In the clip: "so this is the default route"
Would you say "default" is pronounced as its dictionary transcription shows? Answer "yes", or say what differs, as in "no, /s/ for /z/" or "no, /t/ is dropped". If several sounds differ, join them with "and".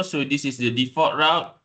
no, /l/ is dropped